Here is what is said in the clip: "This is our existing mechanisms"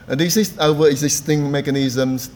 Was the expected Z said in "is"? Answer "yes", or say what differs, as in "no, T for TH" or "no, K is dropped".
no, S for Z